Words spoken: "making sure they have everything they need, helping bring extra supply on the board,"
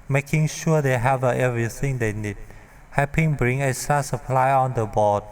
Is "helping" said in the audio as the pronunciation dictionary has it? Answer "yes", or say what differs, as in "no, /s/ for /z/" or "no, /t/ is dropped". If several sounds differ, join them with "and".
no, /l/ is dropped